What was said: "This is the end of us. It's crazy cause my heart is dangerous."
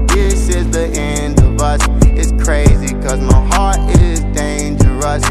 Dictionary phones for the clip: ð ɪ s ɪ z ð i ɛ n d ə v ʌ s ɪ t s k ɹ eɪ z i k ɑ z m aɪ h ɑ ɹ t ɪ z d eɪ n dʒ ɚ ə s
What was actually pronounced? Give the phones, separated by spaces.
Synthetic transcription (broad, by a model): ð ɪ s ɪ z ð i ɛ n d ə v ʌ s ɪ t s k ɹ eɪ z i k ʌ z m aɪ h ɑ ɹ t ɪ z d eɪ n dʒ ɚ ə s